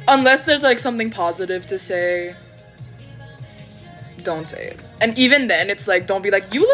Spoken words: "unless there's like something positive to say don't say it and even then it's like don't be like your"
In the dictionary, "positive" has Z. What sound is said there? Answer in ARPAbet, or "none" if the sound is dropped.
Z